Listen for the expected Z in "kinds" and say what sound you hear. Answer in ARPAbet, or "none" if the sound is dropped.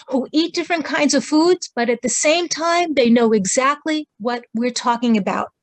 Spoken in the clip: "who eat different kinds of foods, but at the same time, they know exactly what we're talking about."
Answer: Z